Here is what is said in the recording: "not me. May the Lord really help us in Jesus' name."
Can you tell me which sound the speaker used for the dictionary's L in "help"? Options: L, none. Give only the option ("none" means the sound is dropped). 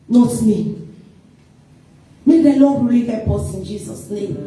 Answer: none